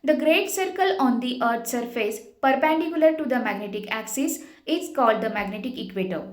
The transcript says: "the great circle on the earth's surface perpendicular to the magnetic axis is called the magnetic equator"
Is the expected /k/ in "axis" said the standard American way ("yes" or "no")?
yes